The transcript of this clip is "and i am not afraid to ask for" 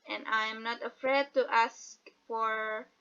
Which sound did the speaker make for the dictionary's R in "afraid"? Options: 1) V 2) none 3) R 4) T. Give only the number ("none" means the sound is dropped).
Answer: 3